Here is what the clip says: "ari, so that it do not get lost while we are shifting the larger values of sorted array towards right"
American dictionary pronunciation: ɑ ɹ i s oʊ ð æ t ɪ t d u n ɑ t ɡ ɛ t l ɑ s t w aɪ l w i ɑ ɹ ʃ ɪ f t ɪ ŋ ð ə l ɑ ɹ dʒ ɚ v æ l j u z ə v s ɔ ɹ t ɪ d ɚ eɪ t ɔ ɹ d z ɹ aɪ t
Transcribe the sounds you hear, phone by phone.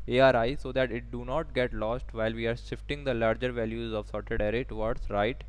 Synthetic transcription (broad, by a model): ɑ ɹ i s oʊ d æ t ɪ t d u n ɑ t ɡ ɛ t l ɑ s t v aɪ l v i ɑ ɹ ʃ ɪ f t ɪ ŋ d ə l ɑ ɹ dʒ ɚ v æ l j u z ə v s ɔ ɹ t ɪ d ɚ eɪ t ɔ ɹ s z ɹ aɪ t